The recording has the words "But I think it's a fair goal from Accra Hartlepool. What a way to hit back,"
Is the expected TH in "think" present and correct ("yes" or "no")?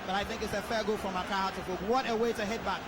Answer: yes